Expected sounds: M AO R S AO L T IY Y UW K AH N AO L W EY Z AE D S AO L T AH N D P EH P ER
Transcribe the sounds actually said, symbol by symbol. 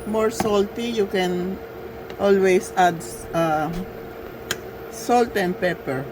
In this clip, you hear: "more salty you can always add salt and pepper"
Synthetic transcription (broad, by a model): M AO R S AO L T IY Y UW K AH N AO L W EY S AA D S AO L T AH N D P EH P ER